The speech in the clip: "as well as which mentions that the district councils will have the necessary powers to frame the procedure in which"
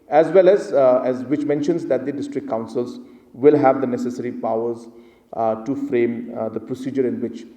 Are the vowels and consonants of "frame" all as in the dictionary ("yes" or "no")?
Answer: yes